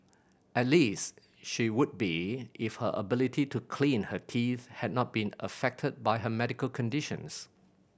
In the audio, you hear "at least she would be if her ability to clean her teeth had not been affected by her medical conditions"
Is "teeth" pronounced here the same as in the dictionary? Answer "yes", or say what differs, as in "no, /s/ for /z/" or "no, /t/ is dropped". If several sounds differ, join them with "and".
yes